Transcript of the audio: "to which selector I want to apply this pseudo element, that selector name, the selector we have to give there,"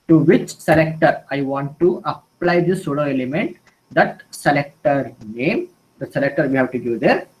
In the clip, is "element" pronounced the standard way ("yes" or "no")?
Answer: yes